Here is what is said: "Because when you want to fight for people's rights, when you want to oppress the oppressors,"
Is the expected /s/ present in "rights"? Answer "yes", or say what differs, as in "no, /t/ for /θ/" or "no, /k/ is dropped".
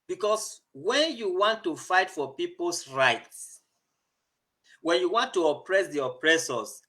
yes